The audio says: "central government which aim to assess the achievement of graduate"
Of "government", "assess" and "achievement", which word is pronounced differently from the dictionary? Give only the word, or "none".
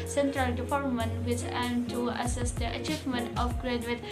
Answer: government